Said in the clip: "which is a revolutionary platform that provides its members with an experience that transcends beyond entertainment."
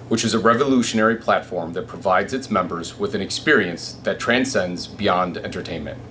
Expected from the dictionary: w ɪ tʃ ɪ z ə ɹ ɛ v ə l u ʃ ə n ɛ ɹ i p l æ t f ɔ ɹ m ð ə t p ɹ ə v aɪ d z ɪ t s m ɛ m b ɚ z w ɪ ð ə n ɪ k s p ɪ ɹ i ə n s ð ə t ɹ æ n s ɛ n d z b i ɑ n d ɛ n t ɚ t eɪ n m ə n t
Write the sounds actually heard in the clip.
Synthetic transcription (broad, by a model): w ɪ tʃ ɪ z ə ɹ ɛ v ə l u ʃ ə n ɛ ɹ i p l æ t f ɔ ɹ m ð ə t p ɹ ə v aɪ d z ɪ t s m ɛ m b ɚ z w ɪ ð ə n ɪ k s p ɪ ɹ i ə n s ð ə t ɹ æ n s ɛ n d z b i ɑ n d ɛ n t ɚ t eɪ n m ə n t